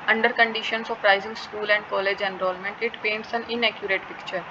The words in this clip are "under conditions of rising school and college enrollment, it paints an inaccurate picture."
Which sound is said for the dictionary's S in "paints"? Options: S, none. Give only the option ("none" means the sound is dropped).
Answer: S